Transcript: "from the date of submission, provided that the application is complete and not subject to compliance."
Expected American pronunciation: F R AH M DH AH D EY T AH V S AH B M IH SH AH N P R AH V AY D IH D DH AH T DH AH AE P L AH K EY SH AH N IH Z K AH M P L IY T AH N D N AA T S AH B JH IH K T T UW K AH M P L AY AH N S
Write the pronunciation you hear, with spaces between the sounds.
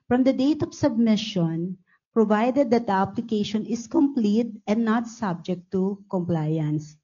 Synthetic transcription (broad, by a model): F R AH M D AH D EY T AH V S AH B M IH SH AH N P R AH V AY D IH D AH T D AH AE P L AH K EY SH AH N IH S K AH M P L IY T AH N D N AA T S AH B JH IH K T T UW K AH M P L AY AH N S